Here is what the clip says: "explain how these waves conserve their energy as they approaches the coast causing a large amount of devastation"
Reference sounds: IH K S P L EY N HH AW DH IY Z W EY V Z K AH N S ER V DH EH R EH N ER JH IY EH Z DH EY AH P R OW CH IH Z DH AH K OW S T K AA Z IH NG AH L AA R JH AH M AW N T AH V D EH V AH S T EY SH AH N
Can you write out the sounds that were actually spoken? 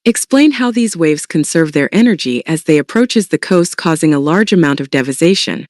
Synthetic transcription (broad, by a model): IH K S P L EY N HH AW DH IY Z W EY V Z K AH N S ER V DH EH R EH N ER JH IY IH Z DH EY AH P R OW CH IH Z DH AH K OW S T K AA Z IH NG AH L AA R JH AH M AW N T AH V D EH V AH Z EY SH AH N